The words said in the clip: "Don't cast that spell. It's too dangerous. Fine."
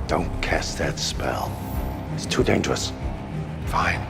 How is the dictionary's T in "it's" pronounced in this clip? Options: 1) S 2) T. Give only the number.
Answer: 2